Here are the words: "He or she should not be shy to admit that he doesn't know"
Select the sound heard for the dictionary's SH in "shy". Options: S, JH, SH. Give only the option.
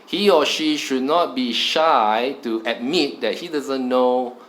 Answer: SH